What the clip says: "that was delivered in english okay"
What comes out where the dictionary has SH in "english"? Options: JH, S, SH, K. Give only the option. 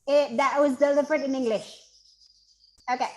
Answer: SH